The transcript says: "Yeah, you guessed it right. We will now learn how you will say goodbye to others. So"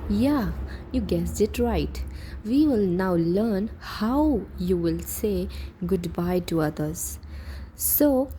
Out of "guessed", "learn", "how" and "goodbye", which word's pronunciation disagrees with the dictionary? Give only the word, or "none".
guessed